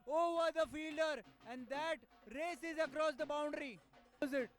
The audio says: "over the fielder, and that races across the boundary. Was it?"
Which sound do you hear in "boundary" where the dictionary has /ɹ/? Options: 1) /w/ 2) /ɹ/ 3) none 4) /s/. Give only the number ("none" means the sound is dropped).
2